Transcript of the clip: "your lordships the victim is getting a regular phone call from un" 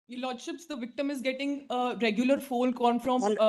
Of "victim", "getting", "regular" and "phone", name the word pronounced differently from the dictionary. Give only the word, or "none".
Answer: phone